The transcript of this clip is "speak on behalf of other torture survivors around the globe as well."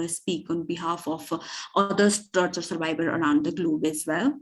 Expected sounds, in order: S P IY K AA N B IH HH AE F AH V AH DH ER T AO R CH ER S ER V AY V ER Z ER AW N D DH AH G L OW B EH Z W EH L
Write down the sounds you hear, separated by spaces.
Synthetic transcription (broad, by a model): S P IY K AA N B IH HH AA F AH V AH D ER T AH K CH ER S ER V AY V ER ER AW N D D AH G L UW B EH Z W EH L